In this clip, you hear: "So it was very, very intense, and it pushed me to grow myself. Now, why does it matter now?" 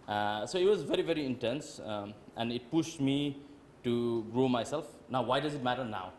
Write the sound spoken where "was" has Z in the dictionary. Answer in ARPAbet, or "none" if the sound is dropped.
Z